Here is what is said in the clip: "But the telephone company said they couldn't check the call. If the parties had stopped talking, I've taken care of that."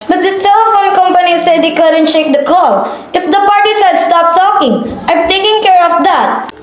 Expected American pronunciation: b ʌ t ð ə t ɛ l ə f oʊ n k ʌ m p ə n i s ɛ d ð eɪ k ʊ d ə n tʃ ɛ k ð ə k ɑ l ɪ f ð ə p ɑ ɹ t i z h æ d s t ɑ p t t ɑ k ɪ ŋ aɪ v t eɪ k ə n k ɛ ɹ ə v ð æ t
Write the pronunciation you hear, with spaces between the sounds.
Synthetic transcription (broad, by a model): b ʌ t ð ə s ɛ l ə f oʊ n k ʌ m p ə n i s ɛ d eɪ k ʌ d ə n ʃ ɛ k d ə k ɑ l ɪ f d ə p ɑ ɹ t i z h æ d s t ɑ p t t ɑ k ɪ ŋ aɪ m t eɪ k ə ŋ k ɛ ɹ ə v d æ t